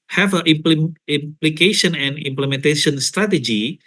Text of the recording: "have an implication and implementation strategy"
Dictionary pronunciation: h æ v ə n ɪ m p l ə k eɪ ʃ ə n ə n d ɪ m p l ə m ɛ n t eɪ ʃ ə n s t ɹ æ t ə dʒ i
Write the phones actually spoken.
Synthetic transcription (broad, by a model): h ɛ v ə l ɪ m p l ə k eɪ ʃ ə n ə n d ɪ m p l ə m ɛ n t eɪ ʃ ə n s t ɹ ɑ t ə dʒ i